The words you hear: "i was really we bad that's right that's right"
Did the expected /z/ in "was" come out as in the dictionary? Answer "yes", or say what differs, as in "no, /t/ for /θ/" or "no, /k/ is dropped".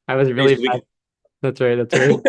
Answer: yes